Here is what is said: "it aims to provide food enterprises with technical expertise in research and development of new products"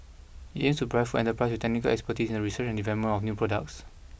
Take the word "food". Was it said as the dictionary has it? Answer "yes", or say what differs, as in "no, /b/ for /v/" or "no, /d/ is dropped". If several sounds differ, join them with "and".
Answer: no, /d/ is dropped